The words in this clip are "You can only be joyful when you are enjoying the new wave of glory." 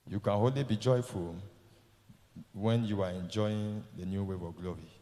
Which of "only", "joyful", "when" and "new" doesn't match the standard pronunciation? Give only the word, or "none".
only